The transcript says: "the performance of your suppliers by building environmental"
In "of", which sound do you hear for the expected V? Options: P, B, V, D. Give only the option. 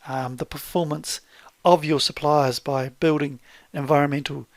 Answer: V